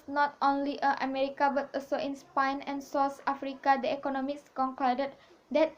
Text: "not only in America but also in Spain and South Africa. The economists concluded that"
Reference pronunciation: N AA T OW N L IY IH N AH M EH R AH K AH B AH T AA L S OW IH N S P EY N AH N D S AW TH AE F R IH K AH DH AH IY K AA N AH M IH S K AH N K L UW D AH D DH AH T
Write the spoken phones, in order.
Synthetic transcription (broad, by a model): N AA T OW N L IY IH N AH M EH R AH K AH B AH T AA L S OW IH N S P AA N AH N S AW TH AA F R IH K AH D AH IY K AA N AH M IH S K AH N K AO D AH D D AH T